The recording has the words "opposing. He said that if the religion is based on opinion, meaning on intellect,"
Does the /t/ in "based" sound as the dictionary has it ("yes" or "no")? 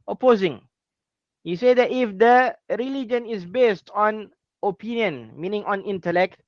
yes